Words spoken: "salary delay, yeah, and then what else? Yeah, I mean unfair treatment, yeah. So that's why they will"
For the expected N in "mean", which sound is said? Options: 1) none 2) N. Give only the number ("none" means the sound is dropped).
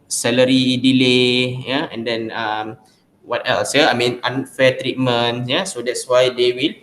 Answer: 2